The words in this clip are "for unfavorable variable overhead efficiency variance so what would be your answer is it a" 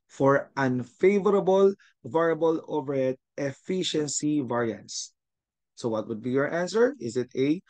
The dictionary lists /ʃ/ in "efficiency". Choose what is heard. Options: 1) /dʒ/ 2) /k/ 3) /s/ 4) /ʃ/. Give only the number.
4